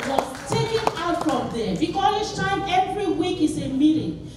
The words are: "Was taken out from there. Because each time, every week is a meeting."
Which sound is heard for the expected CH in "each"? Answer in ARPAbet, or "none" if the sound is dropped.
S